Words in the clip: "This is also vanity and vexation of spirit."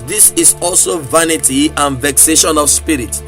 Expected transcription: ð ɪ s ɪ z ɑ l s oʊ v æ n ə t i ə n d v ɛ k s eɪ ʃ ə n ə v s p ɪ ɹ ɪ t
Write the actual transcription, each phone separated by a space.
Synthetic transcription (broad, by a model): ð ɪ s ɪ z ɑ l s oʊ v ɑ n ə t i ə n v ɛ k s eɪ ʃ ə n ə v s p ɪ ɹ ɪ t